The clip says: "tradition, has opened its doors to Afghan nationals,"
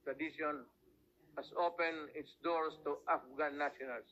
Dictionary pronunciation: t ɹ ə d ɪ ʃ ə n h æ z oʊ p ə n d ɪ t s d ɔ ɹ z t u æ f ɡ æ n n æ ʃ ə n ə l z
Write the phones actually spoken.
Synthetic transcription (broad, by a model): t ɹ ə d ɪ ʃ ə n h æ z oʊ p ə n ɪ t s d ɔ ɹ s t u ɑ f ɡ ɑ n n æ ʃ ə n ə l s